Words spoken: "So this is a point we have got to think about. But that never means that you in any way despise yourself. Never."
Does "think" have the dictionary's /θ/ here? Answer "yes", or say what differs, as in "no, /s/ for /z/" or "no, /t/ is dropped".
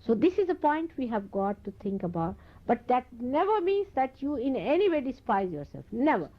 no, /t/ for /θ/